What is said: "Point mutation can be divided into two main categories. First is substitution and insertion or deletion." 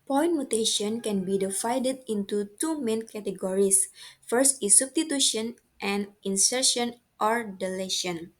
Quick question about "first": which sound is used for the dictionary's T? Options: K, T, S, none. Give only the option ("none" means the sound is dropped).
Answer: T